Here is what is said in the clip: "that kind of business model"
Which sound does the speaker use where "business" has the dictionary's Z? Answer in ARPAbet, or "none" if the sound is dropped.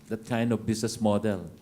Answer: S